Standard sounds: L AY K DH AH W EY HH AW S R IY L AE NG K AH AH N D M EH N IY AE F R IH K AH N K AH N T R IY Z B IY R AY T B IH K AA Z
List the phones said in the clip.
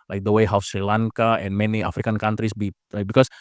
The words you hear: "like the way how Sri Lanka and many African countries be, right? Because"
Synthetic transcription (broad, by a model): L AY K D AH W EY HH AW S R IY L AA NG K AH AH N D M EH N IY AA F R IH K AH N K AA N T R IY S B IY L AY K B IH K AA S